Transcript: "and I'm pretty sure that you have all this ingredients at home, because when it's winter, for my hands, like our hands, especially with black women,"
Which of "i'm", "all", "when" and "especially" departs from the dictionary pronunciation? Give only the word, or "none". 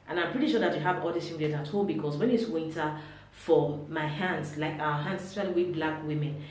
especially